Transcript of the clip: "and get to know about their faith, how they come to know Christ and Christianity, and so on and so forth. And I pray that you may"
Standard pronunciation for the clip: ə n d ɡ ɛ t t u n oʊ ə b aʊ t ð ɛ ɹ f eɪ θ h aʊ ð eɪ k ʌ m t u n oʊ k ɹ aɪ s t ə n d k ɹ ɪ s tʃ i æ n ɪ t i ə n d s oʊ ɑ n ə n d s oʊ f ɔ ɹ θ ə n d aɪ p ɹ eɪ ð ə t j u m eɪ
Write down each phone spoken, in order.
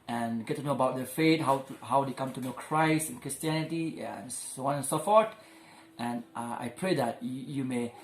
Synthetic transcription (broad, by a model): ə n ɡ ɛ t t u n oʊ ə b aʊ t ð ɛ f eɪ t h aʊ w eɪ k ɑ m t u n oʊ k ɹ aɪ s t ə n k ɹ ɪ s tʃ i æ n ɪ t i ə n s oʊ ɑ n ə n s oʊ f ɔ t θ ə n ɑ aɪ p ɹ eɪ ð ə t j u m eɪ